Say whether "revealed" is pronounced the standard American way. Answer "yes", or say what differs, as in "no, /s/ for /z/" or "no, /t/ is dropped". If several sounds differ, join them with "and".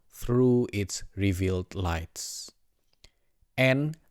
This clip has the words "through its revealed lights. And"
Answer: yes